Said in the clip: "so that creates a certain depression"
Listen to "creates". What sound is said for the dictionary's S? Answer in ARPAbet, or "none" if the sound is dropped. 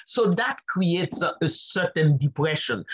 S